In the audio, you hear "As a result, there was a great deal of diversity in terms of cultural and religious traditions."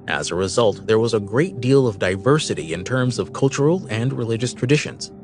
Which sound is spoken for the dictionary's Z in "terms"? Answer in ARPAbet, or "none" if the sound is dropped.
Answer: Z